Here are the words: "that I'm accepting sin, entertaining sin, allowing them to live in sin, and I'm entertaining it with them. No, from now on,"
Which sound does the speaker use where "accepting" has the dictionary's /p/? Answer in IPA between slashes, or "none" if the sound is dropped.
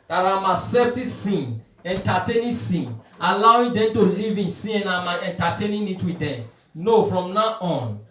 /f/